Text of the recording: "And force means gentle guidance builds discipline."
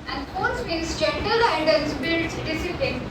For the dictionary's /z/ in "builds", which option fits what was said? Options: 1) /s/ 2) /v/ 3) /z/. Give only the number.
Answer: 1